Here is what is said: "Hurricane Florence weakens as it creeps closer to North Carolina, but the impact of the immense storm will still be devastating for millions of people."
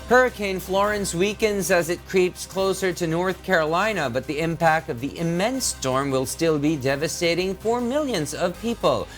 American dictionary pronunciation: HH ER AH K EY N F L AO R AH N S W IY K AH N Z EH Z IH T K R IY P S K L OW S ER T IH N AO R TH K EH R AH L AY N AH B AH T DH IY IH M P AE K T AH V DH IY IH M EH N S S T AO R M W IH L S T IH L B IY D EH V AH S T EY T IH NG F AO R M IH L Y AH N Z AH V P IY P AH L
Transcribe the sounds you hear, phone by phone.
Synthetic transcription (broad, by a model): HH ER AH K EY N F L AO R AH N S W IY K AH N Z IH Z IH T K R IY P S K L OW S ER T IH N AO R TH K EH R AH L AY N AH B AH T DH IY IH M P AE K T AH V DH IY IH M EH N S S T AO R M W IH L S T IH L B IY D EH V AH S T EY T IH NG F AO R M IH L Y AH N Z AH V P IY P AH L